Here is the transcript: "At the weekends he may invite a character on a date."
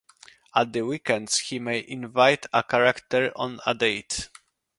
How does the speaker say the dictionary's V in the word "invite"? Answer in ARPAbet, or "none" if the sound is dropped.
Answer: V